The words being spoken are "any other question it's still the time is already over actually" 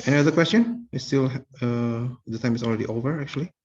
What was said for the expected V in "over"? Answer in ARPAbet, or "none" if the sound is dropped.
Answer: V